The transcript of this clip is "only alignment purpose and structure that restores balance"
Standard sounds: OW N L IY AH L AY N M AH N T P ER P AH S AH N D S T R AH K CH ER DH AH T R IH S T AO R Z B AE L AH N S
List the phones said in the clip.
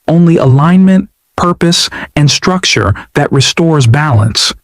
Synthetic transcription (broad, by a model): OW N L IY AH L AY N M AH N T P ER P AH S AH N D S T R AH K CH ER DH AH T R IH S T AO R Z B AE L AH N S